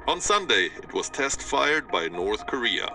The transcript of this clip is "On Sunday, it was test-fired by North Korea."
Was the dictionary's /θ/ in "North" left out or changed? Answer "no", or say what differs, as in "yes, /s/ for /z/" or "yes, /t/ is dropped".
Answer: no